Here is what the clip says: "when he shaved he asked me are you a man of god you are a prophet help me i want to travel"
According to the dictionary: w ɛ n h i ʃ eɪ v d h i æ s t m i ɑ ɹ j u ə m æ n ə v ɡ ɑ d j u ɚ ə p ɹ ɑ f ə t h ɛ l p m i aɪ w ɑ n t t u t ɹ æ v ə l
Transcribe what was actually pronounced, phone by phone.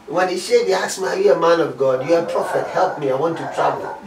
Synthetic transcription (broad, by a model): w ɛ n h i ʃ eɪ d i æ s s m i ɑ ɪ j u ə m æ n ə v ɡ ɑ d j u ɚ ə p ɹ ɑ f ə t h ɛ l p m i aɪ w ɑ n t t u t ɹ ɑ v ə l